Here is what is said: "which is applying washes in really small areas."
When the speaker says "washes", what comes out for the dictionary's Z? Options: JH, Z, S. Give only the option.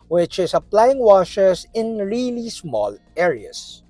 S